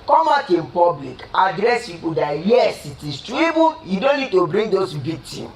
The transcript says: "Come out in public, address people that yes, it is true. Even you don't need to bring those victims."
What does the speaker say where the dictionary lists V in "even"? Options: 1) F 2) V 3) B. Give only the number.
3